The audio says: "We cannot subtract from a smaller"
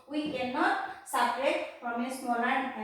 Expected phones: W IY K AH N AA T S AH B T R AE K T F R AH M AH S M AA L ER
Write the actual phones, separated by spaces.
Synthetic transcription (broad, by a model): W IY K AH N AA T S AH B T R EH T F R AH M AH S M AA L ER